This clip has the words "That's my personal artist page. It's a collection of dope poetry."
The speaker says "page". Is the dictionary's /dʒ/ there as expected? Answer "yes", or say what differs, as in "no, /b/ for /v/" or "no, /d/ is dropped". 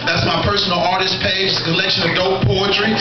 no, /dʒ/ is dropped